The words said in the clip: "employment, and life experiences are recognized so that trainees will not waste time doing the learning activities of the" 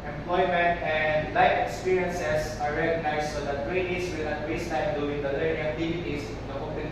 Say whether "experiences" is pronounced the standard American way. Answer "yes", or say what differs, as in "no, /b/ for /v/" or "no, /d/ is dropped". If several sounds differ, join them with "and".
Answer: no, /s/ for /z/